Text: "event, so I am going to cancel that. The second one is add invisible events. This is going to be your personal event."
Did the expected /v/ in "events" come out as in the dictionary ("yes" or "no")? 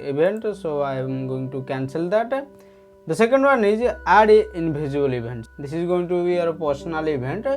no